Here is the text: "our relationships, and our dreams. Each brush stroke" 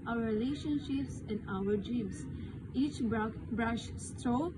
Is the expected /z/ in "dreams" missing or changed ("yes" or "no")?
yes